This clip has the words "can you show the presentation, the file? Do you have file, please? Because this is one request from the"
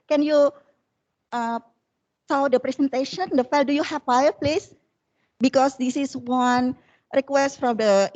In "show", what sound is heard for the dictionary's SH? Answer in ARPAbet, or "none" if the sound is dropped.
S